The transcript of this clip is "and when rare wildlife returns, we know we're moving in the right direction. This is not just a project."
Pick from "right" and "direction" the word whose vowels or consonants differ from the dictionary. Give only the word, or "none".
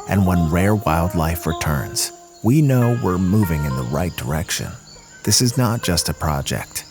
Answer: none